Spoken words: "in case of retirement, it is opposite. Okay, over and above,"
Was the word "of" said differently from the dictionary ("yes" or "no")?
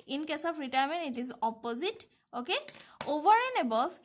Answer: yes